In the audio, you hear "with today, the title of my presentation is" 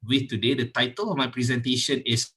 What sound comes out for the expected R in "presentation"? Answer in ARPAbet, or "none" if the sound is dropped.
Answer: R